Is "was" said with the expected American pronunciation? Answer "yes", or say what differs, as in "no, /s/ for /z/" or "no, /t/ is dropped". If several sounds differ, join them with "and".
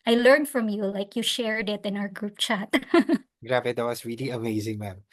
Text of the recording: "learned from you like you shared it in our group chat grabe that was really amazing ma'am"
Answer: no, /s/ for /z/